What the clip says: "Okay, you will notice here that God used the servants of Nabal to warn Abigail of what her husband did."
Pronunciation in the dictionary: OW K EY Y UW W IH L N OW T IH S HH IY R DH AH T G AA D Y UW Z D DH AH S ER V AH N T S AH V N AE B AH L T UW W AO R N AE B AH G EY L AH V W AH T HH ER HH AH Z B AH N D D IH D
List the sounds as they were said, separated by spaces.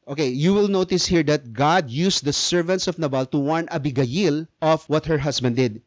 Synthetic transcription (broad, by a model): OW K EY Y UW W IH L N OW T IH S HH IY R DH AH T G AA D Y UW S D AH S ER V AH N T S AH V N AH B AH L T UW W AO R N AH B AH G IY L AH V W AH T HH ER HH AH S B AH N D D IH D